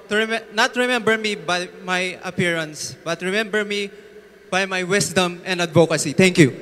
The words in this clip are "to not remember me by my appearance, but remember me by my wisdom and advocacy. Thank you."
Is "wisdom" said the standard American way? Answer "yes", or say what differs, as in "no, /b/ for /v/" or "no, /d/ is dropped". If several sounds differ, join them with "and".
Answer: no, /s/ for /z/